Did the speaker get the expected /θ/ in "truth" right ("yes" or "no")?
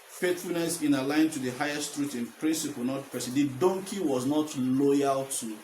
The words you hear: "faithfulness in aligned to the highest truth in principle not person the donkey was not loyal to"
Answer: no